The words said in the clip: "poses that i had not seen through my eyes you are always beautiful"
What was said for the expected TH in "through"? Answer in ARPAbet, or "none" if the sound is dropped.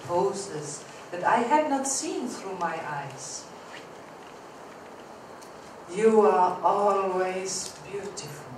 TH